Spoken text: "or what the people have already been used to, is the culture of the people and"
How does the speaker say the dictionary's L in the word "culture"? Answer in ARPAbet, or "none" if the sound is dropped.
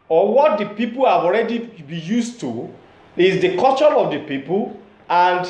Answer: none